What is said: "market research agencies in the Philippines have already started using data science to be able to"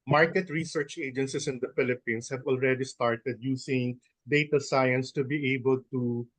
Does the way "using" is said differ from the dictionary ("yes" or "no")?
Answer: yes